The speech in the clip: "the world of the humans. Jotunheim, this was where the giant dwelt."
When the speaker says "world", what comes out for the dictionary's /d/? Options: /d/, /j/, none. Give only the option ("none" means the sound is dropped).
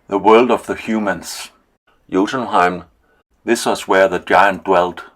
/d/